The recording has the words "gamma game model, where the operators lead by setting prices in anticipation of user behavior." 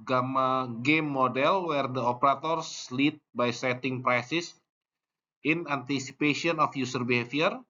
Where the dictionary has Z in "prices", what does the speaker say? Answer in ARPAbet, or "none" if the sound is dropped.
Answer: S